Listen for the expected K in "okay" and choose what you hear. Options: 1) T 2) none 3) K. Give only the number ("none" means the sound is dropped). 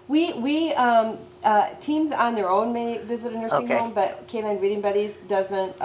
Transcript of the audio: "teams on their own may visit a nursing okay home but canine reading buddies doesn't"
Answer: 2